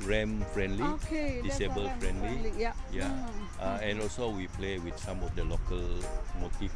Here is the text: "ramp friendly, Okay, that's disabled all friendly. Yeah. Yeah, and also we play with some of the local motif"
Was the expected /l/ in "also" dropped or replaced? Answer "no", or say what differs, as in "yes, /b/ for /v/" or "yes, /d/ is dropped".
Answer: no